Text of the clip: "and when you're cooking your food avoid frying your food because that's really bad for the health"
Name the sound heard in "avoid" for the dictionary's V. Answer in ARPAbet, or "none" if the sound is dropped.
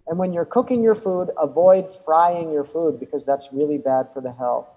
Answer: V